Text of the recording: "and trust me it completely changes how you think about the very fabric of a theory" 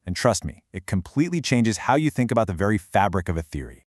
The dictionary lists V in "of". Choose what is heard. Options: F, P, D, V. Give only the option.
V